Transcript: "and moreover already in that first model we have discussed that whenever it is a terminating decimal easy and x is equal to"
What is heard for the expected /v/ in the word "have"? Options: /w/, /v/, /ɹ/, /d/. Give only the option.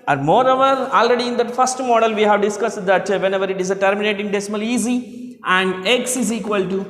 /v/